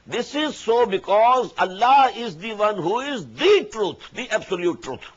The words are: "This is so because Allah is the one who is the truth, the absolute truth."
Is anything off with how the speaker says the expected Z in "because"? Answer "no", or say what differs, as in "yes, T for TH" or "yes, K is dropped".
no